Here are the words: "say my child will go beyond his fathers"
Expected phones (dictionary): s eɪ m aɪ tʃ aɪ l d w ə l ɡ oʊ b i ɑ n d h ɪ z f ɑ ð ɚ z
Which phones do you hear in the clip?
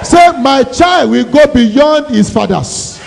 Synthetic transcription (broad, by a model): s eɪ m aɪ tʃ aɪ l d w ə l ɡ oʊ b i ɑ n d h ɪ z f ɑ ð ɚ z